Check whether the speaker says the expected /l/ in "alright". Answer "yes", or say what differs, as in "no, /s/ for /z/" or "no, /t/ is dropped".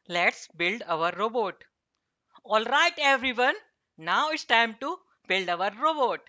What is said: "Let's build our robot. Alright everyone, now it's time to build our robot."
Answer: yes